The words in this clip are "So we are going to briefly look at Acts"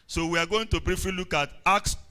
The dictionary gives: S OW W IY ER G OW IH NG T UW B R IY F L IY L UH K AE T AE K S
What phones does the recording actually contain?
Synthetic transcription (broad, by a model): S OW W IY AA G OW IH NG T UW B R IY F IY L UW K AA T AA K S